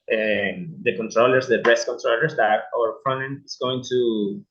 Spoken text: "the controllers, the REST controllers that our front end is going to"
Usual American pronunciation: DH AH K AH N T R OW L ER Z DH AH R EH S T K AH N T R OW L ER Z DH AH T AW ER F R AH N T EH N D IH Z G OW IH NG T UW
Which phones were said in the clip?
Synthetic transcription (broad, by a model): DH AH K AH N T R OW L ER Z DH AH R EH S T K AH N T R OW L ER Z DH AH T AW ER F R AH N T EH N IH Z G OW IH NG T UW